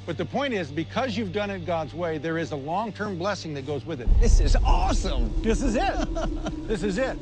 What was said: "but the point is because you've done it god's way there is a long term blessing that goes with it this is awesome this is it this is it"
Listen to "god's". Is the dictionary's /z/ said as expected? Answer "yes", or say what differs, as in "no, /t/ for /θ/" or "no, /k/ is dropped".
yes